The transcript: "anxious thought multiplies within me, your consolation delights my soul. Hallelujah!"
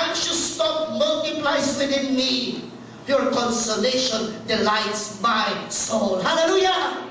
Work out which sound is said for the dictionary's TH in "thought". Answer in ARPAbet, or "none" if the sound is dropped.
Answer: T